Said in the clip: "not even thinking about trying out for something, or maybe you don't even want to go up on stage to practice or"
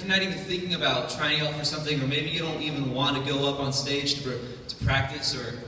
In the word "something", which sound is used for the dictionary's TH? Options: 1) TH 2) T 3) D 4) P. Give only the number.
1